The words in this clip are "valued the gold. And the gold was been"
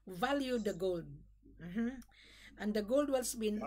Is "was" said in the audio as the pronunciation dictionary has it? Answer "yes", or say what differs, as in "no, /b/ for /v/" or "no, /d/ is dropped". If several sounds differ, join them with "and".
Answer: no, /s/ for /z/